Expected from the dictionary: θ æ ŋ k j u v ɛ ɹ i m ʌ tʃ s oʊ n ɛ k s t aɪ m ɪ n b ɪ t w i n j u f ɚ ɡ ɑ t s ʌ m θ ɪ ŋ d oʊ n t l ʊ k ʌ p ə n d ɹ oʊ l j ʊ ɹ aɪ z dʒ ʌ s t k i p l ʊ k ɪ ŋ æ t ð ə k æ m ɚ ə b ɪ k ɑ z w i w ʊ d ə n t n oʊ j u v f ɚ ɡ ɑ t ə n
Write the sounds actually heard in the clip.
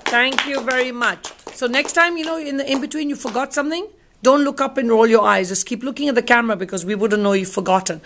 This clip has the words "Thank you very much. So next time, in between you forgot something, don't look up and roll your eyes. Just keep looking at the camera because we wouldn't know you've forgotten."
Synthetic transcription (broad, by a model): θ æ ŋ k j u v ɛ ɹ i m ʌ tʃ s oʊ n ɛ k s t aɪ m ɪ n b ɪ t w i n j u f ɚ ɡ ɑ t s ʌ m θ ɪ ŋ d oʊ n t l ʊ k ʌ p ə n ɹ oʊ l j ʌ ɹ aɪ z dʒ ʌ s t k i p l ʊ k ɪ ŋ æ t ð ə k æ m ɚ ə b ɪ k ɑ z w i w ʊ d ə n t n oʊ j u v f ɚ ɡ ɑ t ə n